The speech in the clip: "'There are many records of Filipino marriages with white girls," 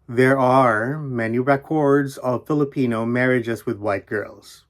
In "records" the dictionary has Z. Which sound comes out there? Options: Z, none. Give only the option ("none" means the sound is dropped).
Z